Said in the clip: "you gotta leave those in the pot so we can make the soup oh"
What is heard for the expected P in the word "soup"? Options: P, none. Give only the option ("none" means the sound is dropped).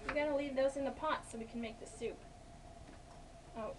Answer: P